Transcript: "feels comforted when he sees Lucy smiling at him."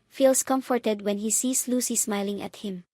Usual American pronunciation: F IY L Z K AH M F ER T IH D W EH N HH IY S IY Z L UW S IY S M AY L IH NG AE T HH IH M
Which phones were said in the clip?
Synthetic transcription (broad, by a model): F IY L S K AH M F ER T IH D W EH N HH IY S IY S L UW S IY S M AY L IH NG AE T HH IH M